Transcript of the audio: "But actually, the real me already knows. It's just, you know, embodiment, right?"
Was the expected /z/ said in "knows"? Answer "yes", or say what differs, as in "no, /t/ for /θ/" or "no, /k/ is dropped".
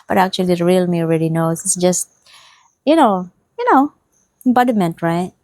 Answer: no, /s/ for /z/